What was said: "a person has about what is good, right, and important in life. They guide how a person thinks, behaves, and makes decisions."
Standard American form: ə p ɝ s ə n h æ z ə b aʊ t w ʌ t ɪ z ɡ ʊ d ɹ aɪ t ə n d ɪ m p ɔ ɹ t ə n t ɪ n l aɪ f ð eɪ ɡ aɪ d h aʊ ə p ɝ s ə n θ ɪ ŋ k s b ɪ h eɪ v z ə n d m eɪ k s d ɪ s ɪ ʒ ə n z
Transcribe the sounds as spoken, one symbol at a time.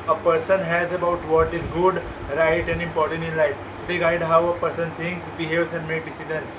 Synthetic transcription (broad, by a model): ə p ɝ s ə n h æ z ə b aʊ t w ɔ t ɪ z ɡ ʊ d ɹ aɪ t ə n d ɪ m p ɔ ɹ t ə n t ɪ n l aɪ f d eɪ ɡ aɪ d h aʊ ə p ɝ s ə n t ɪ ŋ k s b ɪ h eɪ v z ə n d m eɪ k d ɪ s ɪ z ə n